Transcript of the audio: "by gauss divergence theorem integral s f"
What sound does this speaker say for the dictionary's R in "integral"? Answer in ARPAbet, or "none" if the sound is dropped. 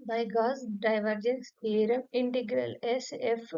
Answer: R